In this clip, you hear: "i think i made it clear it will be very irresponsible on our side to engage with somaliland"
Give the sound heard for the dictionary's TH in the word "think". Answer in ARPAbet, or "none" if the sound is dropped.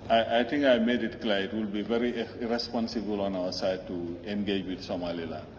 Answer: T